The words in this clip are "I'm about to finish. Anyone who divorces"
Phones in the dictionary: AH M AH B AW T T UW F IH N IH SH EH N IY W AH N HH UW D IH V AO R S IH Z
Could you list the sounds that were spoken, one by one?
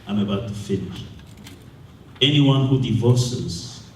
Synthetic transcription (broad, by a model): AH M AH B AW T T UW F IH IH EH N IY W AH N HH UW D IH V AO S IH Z